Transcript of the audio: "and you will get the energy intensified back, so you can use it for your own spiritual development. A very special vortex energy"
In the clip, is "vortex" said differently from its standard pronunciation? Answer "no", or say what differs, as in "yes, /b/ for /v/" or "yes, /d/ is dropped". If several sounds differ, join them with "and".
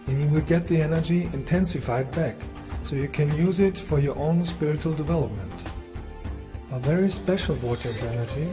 yes, /w/ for /v/